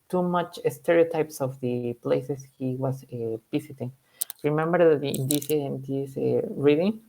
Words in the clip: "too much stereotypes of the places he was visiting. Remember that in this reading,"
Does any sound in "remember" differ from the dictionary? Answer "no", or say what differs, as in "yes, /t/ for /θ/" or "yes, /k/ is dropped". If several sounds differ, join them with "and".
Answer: no